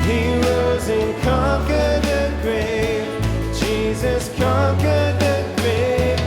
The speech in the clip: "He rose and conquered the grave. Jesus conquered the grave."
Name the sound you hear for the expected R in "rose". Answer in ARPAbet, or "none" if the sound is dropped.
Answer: W